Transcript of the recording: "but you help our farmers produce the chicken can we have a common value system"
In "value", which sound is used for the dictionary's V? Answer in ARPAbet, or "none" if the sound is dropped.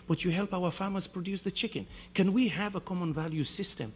V